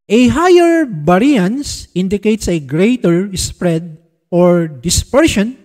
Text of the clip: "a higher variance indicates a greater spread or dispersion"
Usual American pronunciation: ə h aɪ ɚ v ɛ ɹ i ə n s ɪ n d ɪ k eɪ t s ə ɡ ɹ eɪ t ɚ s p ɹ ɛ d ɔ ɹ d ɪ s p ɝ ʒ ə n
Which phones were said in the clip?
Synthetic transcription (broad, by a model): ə h aɪ ɚ b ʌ ɹ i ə n s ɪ n d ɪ k eɪ t s ə ɡ ɹ eɪ t ɚ s p ɹ ɛ d ɔ ɹ d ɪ s p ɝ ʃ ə n